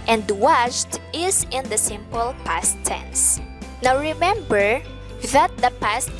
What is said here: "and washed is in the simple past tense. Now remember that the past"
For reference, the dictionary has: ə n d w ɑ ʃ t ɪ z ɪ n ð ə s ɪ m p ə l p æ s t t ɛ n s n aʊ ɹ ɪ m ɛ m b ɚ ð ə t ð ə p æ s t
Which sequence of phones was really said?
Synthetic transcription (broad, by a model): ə n d w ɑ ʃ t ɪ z ɪ n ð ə s ɪ m p ə l p æ s t s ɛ n s n aʊ ɹ ɪ m ɛ m b ɚ ð ə t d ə p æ s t